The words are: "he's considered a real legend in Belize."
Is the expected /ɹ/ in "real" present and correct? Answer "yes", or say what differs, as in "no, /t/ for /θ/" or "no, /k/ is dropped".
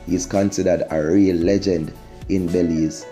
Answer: yes